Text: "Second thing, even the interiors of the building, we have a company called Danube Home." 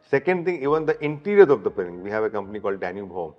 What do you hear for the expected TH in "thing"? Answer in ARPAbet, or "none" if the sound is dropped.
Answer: T